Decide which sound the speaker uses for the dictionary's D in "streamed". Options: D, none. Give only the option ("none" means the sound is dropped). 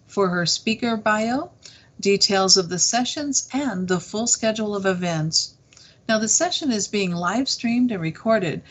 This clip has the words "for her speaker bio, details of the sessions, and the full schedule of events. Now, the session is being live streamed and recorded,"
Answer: D